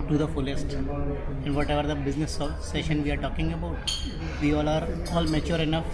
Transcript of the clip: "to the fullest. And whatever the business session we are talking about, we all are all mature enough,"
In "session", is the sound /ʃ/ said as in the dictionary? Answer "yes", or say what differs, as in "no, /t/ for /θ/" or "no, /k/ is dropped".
yes